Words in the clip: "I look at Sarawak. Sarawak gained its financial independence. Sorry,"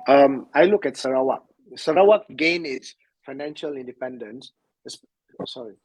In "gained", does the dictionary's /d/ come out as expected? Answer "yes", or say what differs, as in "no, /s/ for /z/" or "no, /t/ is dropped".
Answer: no, /d/ is dropped